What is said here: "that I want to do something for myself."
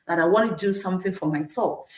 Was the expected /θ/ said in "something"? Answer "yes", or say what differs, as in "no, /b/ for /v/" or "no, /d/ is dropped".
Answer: yes